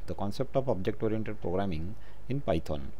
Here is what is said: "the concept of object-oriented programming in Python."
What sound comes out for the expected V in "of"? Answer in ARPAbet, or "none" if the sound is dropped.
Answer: B